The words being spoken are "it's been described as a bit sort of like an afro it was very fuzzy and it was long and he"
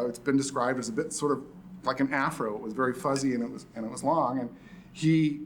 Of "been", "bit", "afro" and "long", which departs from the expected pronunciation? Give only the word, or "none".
none